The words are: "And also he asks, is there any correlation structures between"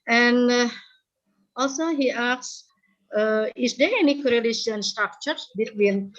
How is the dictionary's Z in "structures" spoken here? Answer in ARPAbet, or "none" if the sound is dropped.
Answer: none